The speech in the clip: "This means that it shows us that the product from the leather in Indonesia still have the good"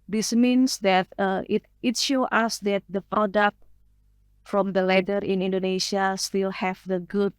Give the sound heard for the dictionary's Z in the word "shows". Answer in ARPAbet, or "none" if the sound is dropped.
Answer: none